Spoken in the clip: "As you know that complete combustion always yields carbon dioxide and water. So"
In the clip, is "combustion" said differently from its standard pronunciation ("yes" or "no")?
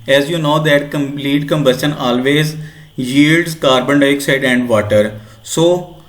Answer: no